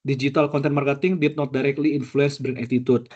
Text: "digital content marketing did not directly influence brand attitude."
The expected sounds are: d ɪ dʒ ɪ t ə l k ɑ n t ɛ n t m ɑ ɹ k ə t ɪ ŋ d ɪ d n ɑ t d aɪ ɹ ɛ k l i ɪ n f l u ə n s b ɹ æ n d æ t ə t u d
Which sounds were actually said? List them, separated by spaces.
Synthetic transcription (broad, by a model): d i dʒ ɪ t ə l k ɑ n t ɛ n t m ɑ ɹ k ə t ɪ ŋ d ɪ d n ɑ t d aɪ ɹ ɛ k l i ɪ n f l u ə n s b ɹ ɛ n ɛ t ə t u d